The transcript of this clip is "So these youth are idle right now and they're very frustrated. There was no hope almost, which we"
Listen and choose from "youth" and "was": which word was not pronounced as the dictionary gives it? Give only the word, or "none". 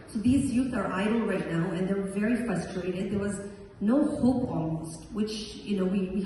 none